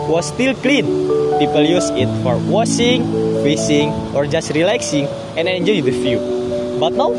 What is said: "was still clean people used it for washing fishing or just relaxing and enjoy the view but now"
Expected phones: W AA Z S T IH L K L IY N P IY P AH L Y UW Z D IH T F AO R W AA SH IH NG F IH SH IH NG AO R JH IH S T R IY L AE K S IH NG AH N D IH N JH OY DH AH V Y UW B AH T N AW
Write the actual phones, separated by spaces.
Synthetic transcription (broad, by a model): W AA S T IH L K L IY N P IY P AH L Y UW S IH T F AO R W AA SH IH NG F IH S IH NG AO R JH IH S T R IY L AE K S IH NG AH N IH N JH OY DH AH F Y UW B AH T N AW